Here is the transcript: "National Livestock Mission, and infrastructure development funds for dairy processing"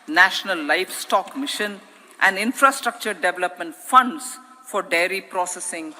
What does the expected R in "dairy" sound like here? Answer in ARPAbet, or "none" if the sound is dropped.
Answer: R